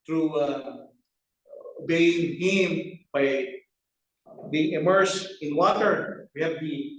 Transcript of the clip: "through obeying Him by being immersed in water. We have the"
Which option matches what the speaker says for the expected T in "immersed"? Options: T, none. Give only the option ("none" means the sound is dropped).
none